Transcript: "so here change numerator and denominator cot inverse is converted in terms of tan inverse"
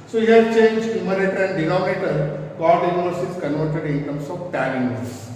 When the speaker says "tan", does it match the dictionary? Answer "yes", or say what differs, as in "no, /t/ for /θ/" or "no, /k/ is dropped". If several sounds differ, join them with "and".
no, /l/ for /n/